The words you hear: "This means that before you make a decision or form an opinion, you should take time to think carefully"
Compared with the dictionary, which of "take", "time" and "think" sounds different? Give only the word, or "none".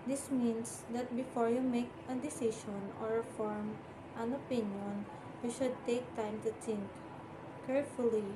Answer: think